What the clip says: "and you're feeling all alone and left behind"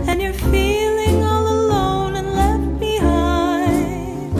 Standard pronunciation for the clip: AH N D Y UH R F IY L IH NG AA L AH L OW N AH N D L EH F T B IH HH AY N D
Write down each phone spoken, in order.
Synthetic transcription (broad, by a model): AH N Y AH R F IY L IH NG AA L AH L OW N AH N L EH F T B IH HH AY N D